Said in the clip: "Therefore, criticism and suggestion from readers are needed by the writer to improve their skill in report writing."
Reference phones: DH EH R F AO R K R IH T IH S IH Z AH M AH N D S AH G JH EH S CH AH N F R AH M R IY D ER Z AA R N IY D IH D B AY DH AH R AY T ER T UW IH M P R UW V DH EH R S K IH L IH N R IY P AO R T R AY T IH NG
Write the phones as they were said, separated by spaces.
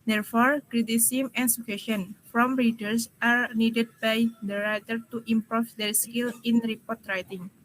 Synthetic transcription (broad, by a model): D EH R F AO R K R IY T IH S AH M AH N S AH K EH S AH N F R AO M R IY D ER S AA R N IY D IH D B AY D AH R AY T ER T UW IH M P R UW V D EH R S K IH L IH N R IY P AO R T R AY T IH NG